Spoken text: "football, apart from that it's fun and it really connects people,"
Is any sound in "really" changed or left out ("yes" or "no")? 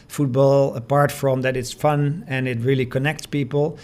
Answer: no